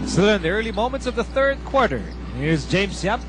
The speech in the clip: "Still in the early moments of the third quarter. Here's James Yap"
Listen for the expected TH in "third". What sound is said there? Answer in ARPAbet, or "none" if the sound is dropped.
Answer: TH